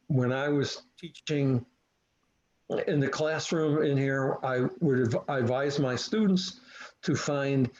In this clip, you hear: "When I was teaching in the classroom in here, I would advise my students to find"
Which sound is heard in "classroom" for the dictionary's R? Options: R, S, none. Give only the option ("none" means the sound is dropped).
R